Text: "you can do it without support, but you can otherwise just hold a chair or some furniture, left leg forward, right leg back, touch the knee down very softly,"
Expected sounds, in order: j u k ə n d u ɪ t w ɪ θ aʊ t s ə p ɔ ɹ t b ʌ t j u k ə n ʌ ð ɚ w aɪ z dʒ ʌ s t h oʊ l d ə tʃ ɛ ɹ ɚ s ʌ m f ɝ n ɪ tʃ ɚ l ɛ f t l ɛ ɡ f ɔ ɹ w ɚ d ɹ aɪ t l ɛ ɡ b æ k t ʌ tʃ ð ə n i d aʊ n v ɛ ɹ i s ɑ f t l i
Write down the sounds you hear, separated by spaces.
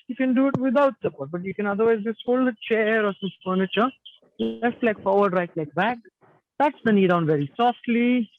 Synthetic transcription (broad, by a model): j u k ə n d u ɪ t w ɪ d aʊ t s ə p ɔ ɹ t b ʌ t j u k ə n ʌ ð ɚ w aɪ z dʒ ʌ s t h oʊ l d ə tʃ ɛ ɹ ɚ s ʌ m f ɝ n ɪ tʃ ɚ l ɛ f t l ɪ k f ɔ ɹ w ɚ d ɹ aɪ t l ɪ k b æ k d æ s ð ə n i d aʊ n v ɛ ɹ i s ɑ f t l i